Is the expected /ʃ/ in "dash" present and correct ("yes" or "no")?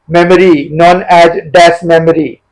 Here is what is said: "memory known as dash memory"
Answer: no